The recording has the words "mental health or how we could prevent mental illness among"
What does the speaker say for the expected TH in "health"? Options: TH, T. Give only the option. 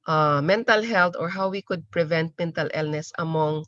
T